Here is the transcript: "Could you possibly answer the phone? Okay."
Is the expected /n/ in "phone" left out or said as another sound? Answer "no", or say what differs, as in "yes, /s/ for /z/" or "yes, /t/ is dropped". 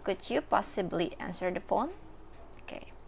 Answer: no